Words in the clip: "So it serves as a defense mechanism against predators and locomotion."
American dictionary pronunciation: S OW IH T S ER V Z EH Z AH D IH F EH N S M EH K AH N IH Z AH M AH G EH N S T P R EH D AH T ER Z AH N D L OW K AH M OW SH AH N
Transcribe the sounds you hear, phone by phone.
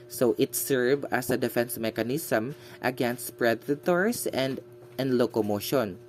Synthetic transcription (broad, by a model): S OW IH T S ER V AH S AH D IH F EH N S M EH K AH N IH S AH M AH G EH N S T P R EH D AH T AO S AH N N L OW K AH M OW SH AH N